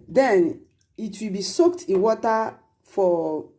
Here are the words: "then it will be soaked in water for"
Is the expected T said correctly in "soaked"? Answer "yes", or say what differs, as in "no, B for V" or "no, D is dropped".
yes